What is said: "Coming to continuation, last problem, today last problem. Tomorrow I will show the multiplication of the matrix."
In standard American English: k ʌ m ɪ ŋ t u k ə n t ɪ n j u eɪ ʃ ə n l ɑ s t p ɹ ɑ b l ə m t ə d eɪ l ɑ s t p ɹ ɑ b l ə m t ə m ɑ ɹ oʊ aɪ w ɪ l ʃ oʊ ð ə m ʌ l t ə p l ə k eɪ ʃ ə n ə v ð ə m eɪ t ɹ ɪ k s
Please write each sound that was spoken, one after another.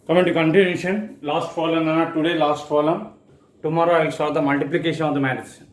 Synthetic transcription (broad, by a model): k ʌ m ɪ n t u k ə n t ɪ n j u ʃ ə n l ɑ s t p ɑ l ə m t ə d eɪ l ɑ s t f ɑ l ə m t ə m ɑ ɹ oʊ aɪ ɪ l s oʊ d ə m ʌ l t ə p l ə k eɪ ʃ ə n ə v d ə m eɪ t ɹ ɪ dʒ